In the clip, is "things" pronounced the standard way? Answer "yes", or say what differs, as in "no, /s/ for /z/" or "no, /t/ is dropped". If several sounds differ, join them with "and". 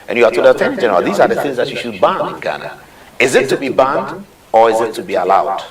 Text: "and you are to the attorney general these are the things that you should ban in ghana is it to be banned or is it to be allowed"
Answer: yes